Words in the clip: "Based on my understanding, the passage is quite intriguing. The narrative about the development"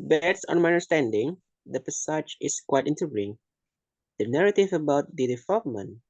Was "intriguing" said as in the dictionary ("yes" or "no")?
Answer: no